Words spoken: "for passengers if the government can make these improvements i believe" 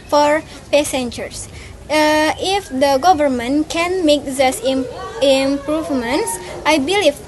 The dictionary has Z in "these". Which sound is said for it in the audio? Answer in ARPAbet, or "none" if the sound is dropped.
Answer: S